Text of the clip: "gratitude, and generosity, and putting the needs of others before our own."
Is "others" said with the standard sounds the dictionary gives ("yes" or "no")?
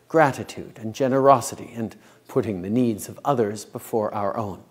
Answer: yes